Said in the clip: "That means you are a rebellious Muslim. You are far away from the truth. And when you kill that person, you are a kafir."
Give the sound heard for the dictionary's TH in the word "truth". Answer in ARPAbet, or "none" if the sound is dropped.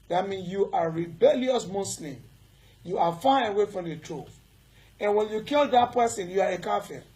F